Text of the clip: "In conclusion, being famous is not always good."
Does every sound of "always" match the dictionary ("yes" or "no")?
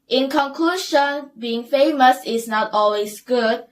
no